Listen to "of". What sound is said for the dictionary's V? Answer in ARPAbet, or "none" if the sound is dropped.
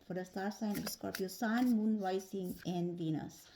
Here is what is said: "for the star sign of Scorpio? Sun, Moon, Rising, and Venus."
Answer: P